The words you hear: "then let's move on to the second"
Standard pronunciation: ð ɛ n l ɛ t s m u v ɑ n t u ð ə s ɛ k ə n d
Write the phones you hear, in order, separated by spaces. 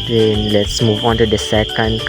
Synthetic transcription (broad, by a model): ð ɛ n l ɛ t s m u v ɑ n t u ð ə s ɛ k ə n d